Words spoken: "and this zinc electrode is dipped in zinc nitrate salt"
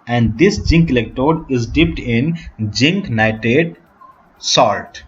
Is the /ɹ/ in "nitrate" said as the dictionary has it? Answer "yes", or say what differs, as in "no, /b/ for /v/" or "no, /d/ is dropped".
no, /ɹ/ is dropped